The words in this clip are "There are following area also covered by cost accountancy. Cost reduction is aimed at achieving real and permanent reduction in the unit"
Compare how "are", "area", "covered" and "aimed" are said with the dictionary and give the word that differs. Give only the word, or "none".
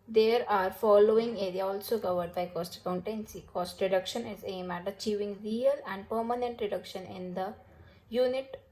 aimed